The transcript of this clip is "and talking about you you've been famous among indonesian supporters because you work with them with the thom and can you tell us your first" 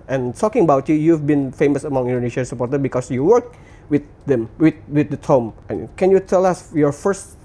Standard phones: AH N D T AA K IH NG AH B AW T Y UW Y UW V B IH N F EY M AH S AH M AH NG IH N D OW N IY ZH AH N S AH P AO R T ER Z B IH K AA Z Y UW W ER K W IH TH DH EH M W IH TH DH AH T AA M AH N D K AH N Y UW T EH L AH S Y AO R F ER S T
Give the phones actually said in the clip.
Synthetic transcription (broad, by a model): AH N T AA K IH NG AH B AW T Y UW Y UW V B IH N F EY M AH S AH M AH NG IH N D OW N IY SH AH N S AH P AO R T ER B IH K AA S Y UW W ER K W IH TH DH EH M W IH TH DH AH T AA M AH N K AH N Y UW T EH L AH S Y AO R F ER S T